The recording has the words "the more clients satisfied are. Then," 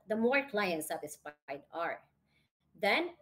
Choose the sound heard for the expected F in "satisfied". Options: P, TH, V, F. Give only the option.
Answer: P